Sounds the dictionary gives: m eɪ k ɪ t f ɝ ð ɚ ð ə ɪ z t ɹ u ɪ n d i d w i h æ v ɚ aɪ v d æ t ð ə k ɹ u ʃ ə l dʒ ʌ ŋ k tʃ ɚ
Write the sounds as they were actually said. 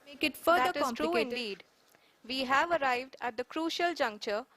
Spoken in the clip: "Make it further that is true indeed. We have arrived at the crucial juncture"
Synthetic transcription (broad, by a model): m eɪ k ɪ t f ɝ ɚ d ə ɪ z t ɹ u ɪ n d i d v i h æ v ɚ aɪ v d æ t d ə k ɹ u ʃ ə l dʒ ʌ ŋ k tʃ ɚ